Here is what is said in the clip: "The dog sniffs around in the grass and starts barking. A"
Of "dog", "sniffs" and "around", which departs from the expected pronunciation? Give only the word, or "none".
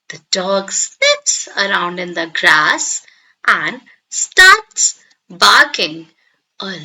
sniffs